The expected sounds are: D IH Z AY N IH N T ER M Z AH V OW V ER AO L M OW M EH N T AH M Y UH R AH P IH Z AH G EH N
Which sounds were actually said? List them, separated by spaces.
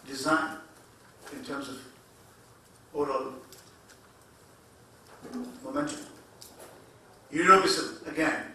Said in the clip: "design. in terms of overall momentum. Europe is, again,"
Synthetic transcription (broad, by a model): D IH Z AY N IH N T ER M Z AH V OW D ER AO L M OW M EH N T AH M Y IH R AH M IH S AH G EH N